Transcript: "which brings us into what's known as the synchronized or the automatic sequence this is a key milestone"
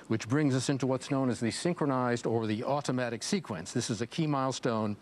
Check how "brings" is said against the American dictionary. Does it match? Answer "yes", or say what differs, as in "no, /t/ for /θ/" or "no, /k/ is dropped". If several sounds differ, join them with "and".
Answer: yes